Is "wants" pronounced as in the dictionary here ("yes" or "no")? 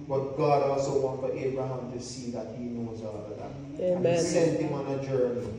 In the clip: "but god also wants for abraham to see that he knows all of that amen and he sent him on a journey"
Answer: no